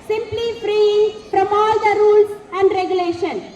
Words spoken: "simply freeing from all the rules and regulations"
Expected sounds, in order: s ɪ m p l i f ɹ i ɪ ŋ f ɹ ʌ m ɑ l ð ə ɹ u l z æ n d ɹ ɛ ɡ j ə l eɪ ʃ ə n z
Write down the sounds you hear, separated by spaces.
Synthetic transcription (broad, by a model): s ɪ m p l i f ɹ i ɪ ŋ p ɹ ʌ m ɑ l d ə ɹ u l s æ n d ɹ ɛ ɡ j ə l eɪ ʃ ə n